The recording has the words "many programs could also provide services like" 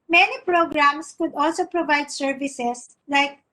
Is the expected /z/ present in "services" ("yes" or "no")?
no